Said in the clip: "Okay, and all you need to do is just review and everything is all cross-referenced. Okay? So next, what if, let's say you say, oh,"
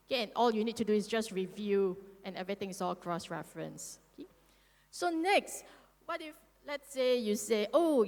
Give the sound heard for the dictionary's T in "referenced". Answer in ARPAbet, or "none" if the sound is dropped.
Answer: none